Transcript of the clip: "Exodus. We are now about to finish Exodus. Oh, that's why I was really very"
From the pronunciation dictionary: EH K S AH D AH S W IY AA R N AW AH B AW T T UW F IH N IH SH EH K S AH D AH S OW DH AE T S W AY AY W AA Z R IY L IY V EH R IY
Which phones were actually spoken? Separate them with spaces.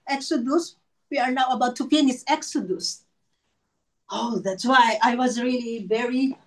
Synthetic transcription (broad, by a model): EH K S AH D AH S W IY AA R N AW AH B AW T T UW P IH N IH S EH K S AH D AH S OW DH AE T S W AY AY W AA Z R IY L IY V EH R IY